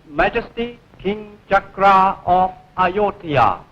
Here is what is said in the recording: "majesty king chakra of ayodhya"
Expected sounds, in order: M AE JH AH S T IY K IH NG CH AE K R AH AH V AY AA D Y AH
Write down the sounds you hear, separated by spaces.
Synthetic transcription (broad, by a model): M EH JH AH S T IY K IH NG CH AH K R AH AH F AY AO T Y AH